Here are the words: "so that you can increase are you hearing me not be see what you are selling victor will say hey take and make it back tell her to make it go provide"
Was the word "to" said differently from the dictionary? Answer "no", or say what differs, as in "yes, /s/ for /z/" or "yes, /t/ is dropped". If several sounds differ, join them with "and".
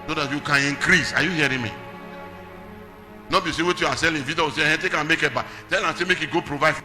yes, /s/ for /t/